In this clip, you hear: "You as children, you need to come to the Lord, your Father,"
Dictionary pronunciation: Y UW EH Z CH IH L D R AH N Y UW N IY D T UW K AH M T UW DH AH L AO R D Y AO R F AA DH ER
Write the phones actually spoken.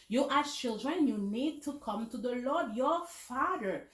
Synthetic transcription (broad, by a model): Y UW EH CH IH L D R AH N Y UW N IY D T UW K AH M T UW DH AH L AO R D Y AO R F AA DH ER